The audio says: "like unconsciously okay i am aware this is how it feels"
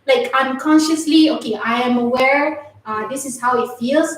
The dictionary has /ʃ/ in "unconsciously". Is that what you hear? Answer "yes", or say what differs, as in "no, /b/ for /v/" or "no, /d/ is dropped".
yes